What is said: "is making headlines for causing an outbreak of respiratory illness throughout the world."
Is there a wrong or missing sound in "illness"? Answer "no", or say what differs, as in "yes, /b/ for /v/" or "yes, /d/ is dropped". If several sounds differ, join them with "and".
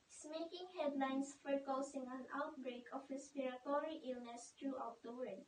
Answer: no